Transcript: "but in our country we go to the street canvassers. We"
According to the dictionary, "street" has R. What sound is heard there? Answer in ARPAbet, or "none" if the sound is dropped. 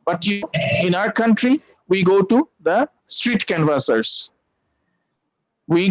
R